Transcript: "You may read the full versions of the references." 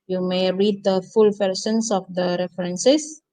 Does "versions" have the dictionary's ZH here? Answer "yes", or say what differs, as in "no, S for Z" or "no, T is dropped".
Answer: no, S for ZH